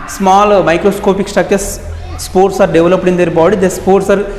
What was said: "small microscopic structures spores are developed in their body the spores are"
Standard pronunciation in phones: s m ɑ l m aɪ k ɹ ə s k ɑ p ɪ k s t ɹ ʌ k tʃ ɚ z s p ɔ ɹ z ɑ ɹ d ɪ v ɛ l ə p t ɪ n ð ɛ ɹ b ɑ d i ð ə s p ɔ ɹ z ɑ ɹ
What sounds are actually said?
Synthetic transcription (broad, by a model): s m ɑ l m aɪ k ɹ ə s k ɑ p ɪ k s t ʌ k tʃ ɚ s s p ɔ ɹ s ɑ ɹ d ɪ v l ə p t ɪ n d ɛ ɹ b ɑ d i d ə s p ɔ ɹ s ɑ ɹ